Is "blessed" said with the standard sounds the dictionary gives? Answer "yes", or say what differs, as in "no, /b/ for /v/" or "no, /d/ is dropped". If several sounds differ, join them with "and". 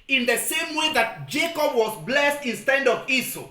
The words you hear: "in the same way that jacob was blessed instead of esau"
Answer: yes